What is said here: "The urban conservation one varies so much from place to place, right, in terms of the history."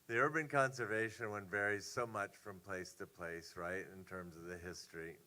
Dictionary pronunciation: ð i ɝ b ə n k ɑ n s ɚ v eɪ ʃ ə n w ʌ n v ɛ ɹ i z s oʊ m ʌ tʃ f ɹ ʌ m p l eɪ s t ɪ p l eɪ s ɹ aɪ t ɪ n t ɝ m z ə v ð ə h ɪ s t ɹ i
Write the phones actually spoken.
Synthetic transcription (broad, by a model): ð i ɝ b ə n k ɑ n s ɚ v eɪ ʃ ə n w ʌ n v ɛ ɹ i z s oʊ m ʌ tʃ f ɹ ʌ m p l eɪ s t ɪ p l eɪ s ɹ aɪ t ɪ n t ɝ m z ə v ð ə h ɪ s t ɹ i